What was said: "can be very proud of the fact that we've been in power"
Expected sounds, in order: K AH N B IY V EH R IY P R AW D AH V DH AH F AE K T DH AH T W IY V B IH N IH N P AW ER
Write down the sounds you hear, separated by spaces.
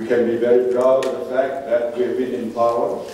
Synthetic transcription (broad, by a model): K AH N B IY V EH R IY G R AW AH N DH AH F AE K T DH AH T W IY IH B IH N IH N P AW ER